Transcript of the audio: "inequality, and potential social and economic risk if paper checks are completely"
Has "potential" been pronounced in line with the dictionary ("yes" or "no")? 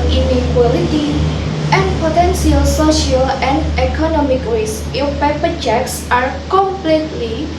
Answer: no